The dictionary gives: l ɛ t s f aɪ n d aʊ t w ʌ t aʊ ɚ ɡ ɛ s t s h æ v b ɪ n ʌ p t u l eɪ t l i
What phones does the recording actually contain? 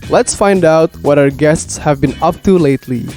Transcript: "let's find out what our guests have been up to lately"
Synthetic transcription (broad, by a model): l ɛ t s f aɪ n d aʊ t w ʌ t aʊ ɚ ɡ ɛ s t s h æ v b ɪ n ʌ p t u l eɪ t l i